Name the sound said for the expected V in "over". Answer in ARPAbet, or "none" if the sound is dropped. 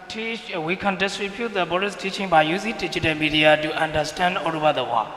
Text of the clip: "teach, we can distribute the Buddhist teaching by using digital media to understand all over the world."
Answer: B